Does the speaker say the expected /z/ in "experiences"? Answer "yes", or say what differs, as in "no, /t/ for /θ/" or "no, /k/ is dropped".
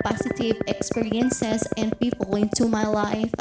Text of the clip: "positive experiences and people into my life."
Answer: no, /s/ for /z/